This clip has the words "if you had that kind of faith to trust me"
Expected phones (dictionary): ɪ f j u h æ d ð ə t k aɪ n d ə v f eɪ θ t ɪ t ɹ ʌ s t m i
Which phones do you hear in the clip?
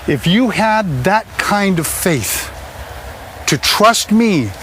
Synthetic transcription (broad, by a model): ɪ f j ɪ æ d ð ə t k aɪ n d ə v f eɪ θ t ɪ t ɹ ʌ s t m i